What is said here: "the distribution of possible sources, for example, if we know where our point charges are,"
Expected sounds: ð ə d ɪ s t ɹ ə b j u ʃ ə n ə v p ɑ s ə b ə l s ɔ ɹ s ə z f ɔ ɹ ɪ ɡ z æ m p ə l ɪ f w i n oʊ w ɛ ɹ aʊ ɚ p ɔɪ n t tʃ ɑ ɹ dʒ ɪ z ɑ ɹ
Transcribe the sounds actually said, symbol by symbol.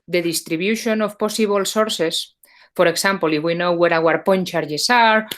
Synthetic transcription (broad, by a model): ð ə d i s t ɹ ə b j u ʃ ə n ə f p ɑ s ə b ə l s ɔ ɹ s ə s f ɔ ɹ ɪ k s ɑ m p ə l ɪ f w i n oʊ w ɛ ɹ aʊ ɚ p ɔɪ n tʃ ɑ ɹ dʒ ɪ s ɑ ɹ